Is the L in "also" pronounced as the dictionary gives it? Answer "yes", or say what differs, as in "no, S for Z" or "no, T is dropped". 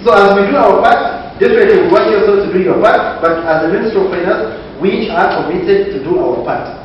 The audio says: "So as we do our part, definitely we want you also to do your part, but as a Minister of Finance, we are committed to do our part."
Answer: no, L is dropped